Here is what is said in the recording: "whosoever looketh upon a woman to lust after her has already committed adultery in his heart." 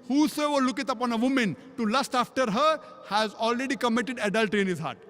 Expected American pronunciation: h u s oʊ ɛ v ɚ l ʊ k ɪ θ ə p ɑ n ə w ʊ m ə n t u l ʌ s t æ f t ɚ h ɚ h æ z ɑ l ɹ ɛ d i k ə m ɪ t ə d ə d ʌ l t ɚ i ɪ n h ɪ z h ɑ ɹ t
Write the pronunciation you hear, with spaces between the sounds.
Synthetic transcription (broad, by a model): h u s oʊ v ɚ l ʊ k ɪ t ə p ɑ n ə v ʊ m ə n t u l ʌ s t æ f t ɚ h ɚ h æ z ɑ l ɹ ɛ d i k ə m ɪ t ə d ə d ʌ l t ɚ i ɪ n h ɪ z h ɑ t